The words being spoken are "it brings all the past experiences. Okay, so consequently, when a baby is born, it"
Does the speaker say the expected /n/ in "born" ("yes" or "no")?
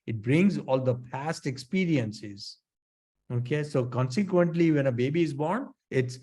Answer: yes